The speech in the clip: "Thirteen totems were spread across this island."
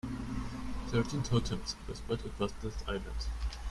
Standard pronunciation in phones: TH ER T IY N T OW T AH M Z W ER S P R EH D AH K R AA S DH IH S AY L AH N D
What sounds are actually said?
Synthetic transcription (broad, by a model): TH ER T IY N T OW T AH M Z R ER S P EH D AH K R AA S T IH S AY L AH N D